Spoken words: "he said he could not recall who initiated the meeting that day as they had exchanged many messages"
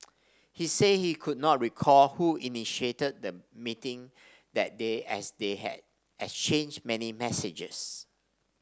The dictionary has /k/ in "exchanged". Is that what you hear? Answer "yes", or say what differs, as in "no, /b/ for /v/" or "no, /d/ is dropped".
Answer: no, /k/ is dropped